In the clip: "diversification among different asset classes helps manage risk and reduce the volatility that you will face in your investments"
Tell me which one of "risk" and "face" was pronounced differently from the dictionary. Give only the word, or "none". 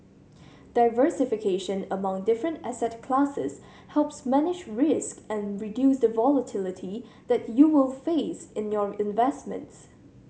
none